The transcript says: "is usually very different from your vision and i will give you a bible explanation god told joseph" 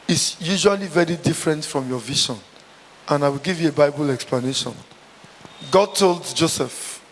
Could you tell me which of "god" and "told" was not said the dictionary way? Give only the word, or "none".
none